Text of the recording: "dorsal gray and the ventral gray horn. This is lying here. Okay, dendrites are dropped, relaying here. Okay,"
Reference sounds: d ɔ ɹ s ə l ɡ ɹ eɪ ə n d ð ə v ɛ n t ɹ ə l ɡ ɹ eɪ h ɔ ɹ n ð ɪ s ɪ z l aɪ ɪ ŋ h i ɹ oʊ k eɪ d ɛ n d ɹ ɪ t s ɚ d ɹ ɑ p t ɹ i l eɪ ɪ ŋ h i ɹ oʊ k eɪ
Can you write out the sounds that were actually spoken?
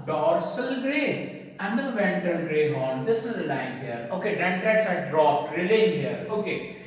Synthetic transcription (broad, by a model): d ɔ ɹ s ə l ɡ ɹ eɪ ə n d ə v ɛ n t ə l ɡ ɹ eɪ h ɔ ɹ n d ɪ s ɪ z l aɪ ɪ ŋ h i ɹ oʊ k eɪ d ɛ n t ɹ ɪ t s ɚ d ɹ ɑ p t ɹ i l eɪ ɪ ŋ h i ɹ oʊ k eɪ